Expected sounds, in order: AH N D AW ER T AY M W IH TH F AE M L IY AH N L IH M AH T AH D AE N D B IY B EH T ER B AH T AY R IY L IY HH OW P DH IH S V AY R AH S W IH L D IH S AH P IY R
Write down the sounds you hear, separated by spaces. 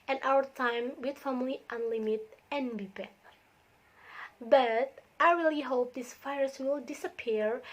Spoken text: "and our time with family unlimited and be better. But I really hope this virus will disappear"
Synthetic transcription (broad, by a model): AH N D AW ER T AY M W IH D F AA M L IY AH N L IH M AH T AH N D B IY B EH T B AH T AY R IY L IY HH OW P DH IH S F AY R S W IH L D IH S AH P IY R